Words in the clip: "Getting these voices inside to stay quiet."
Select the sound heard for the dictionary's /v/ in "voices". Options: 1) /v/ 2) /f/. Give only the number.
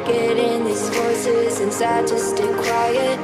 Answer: 2